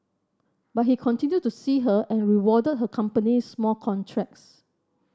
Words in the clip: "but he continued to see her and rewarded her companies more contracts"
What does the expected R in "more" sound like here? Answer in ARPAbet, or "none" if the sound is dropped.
L